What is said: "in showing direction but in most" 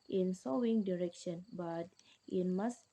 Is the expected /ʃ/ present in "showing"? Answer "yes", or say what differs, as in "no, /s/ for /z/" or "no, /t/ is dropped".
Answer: no, /s/ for /ʃ/